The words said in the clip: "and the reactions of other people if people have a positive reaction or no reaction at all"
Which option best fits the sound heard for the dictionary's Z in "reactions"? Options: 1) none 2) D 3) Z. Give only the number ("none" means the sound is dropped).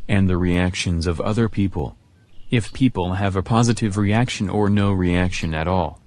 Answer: 3